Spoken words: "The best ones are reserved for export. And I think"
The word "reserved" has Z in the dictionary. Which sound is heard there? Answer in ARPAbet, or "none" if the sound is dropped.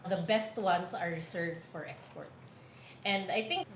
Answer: S